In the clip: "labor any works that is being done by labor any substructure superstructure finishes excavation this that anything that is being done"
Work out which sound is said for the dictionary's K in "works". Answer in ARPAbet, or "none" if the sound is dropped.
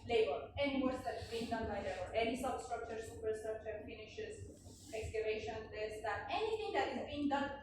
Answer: none